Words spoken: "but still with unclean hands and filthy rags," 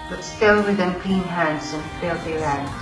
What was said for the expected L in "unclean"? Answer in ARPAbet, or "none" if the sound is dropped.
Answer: none